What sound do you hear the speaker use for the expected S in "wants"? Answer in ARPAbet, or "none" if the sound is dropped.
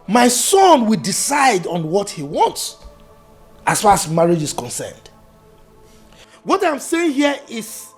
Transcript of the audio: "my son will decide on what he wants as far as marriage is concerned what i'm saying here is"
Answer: S